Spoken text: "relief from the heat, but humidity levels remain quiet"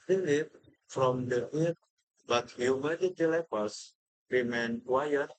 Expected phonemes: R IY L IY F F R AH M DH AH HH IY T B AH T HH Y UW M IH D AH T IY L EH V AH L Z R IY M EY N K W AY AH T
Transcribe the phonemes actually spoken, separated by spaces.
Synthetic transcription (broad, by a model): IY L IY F F R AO M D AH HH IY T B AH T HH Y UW M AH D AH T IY L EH P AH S R IY M EY N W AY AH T